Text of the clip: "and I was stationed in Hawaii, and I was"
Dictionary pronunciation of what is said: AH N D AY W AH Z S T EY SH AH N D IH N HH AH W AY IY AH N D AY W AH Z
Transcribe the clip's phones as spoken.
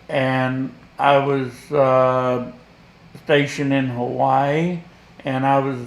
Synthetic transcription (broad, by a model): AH N AY W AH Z S T EY SH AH N IH N HH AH W AY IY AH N AY W AH Z